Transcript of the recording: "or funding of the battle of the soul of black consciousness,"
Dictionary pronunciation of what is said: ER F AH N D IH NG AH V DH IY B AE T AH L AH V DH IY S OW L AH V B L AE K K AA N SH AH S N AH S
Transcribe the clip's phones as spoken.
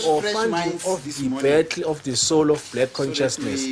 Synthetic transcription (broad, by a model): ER F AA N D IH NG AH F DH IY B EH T L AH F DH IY S OW L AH F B L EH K K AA N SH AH S N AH S